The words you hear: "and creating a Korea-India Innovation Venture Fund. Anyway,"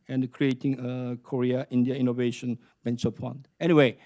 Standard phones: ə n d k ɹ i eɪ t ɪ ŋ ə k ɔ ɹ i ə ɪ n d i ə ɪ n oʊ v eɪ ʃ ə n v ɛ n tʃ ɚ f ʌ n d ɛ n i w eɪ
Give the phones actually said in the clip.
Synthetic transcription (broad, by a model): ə n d k ɹ i eɪ t ɪ ŋ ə k ɔ ɹ i ə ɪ n d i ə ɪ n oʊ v eɪ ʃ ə n b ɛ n s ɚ p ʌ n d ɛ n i w eɪ